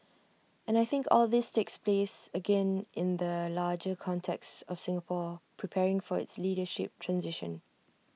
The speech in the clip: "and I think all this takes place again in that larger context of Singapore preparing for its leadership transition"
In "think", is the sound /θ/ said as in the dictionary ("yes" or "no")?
yes